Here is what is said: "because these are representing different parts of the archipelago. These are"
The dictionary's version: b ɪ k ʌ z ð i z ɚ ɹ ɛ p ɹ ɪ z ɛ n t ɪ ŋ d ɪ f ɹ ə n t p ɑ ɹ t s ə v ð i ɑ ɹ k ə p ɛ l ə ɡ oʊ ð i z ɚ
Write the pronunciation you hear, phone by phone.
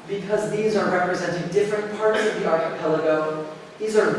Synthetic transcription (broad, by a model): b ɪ k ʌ z ð i z ɚ ɹ ɛ p ɹ ɪ z ɛ n t ɪ ŋ d ɪ f ɹ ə n p ɑ ɹ t s ə v ð i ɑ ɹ ə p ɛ l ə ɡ oʊ ð i z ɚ